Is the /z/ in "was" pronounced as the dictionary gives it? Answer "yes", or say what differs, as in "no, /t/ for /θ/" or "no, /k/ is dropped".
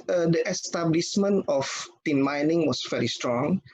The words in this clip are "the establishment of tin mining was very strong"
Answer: no, /s/ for /z/